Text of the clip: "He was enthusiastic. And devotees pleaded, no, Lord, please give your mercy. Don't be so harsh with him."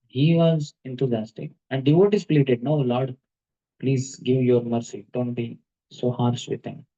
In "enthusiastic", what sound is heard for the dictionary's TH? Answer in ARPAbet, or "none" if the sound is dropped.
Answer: T